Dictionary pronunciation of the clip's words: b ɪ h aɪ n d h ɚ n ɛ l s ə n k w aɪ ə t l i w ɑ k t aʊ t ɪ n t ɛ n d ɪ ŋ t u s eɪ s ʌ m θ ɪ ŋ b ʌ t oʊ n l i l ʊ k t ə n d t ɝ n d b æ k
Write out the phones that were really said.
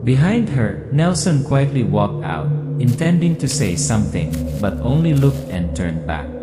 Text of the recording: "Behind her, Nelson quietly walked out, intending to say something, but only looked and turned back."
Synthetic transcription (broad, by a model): b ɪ h aɪ n d h ɚ n ɛ l s ə n k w aɪ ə t l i w ɑ k t aʊ t ɪ n t ɛ n d ɪ ŋ t u s eɪ s ʌ m θ ɪ ŋ b ʌ t oʊ n l i l ʊ k t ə n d t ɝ n b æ k